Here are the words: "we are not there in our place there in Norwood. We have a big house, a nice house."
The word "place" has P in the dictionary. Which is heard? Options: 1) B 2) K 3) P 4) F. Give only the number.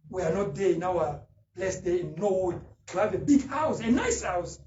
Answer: 1